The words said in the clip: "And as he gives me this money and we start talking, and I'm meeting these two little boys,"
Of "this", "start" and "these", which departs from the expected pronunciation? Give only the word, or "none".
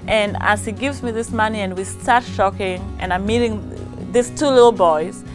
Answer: these